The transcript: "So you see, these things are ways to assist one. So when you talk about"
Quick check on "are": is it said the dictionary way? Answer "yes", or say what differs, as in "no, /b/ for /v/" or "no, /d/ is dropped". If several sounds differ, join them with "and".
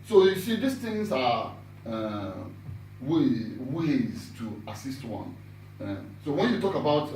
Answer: no, /w/ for /ɹ/